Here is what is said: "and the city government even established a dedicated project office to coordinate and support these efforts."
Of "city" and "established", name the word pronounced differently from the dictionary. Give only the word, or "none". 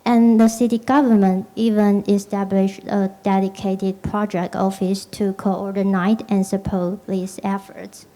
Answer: none